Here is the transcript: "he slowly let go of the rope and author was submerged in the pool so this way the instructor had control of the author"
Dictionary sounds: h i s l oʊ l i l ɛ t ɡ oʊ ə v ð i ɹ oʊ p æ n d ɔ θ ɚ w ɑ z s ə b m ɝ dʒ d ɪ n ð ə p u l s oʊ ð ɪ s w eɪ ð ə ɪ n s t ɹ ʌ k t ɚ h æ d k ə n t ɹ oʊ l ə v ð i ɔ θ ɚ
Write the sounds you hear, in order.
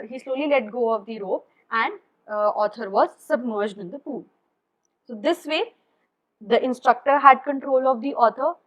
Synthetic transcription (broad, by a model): h i s l oʊ l i l ɛ t ɡ oʊ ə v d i ɹ oʊ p æ n d ɔ t ɚ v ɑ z s ə b m ɝ dʒ d ɪ n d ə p u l s oʊ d ɪ s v eɪ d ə ɪ n s t ɹ ʌ k t ɚ h æ d k ə n t ɹ oʊ l ə v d i ɔ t ɚ